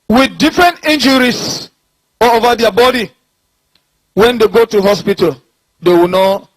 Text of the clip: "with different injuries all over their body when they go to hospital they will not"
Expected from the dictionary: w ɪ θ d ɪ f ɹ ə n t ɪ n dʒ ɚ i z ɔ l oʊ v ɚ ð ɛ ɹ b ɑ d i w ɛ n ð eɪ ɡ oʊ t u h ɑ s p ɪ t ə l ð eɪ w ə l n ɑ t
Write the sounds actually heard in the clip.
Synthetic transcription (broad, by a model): w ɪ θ d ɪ f ɹ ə n t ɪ n dʒ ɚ i s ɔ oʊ v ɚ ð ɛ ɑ b ɑ d i w ɛ n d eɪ ɡ oʊ t u h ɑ s p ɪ t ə l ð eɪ w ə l n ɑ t